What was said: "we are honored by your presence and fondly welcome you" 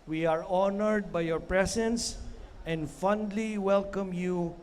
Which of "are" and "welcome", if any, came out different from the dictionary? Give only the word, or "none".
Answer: none